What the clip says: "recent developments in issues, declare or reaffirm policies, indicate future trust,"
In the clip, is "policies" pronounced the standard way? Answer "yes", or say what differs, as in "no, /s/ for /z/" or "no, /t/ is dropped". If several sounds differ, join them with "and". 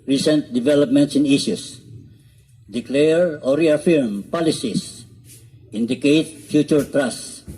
no, /s/ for /z/